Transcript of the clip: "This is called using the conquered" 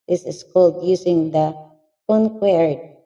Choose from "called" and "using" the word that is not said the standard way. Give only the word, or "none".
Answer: using